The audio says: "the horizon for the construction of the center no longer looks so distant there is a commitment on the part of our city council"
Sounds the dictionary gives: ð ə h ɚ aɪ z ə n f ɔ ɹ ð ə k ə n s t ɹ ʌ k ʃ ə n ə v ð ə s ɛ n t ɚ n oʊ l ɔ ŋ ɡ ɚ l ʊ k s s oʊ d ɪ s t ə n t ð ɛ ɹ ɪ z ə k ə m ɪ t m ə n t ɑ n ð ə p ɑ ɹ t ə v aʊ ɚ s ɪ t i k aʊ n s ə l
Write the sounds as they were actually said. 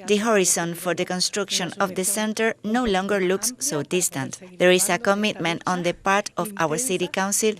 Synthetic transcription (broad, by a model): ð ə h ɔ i s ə n f ɔ ɹ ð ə k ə n s t ɹ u k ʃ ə n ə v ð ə s ɛ n t ɚ n oʊ l ɔ ŋ ɡ ɚ l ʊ k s s oʊ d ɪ s t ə n t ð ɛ ɹ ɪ s ə k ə m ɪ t m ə n t ɑ n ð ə p ɑ ɹ t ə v aʊ ɚ s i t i k aʊ n s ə l